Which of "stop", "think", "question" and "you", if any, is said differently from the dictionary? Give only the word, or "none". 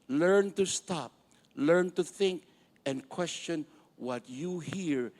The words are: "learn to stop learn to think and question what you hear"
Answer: none